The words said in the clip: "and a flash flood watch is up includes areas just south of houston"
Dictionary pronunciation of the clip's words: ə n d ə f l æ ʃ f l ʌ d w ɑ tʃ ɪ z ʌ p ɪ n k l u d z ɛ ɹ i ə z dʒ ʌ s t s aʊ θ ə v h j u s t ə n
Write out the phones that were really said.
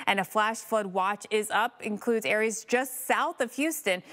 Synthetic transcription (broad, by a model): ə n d ə f l æ ʃ f l ʌ d w ɑ tʃ ɪ z ʌ p ɪ n k l u d z ɛ ɹ i ə z dʒ ʌ s t s aʊ θ ə v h j u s t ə n